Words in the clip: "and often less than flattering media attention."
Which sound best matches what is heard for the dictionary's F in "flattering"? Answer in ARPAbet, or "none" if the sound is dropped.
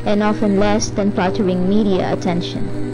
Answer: P